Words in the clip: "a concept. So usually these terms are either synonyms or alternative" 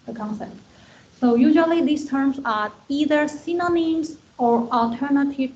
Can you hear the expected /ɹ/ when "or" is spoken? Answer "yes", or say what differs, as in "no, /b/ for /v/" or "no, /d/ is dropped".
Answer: yes